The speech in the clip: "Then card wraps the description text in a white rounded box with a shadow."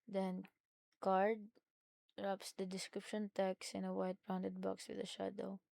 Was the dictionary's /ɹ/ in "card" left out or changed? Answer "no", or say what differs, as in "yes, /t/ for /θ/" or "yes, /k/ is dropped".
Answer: no